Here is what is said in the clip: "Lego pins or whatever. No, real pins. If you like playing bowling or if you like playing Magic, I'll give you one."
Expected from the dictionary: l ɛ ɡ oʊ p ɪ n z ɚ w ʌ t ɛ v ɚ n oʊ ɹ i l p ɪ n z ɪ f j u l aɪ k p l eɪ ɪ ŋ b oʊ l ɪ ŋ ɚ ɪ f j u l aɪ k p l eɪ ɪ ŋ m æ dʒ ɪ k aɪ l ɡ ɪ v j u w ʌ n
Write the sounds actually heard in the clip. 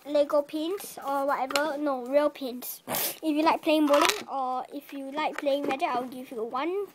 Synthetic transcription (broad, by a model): l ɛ ɡ oʊ p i n s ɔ w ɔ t ɛ v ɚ n oʊ ɹ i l p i n s ɪ f j u l aɪ k p l eɪ ɪ ŋ b oʊ l ɪ ŋ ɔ ɪ f j u l aɪ k p l eɪ ɪ ŋ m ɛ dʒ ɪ aɪ w ɡ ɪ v j u w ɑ n